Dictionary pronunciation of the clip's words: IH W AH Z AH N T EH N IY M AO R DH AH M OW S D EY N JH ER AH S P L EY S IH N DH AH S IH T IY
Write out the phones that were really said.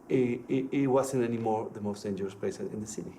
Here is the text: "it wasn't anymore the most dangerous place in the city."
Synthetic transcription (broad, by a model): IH W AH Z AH N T EH N IY M AO R DH AH M OW S D EY N JH ER AH S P EY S IH N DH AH S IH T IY